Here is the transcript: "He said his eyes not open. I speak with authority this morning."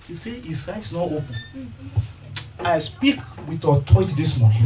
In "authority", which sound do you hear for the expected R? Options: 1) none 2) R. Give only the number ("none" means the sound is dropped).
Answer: 1